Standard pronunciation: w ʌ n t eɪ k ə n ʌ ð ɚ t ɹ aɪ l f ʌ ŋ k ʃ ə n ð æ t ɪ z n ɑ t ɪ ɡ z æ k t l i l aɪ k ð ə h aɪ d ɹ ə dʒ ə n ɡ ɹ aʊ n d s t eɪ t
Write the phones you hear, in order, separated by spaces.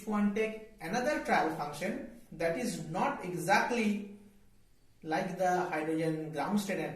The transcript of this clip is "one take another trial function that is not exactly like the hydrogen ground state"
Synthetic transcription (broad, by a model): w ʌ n t eɪ k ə n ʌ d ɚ t ɹ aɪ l f ʌ ŋ k ʃ ə n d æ t ɪ z n ɑ t ɪ ɡ z æ k t l i l aɪ k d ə h aɪ d ɹ ə dʒ ə n ɡ ɹ aʊ n d s t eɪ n